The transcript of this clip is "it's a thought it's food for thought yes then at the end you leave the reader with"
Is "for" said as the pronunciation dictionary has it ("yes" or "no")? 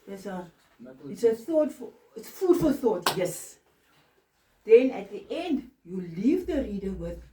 no